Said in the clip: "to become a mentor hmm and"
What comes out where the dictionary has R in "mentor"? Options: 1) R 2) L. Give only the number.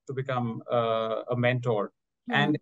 1